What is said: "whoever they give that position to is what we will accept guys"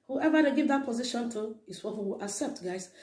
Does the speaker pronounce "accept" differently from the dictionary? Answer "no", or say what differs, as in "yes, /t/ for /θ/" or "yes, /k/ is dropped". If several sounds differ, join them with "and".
no